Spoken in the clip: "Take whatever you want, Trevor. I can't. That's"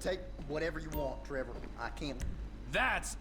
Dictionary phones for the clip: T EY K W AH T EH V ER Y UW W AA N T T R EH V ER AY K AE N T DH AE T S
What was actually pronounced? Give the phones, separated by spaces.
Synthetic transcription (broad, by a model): T EY K W AH T EH V ER Y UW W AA T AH R EH V ER AY K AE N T DH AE T S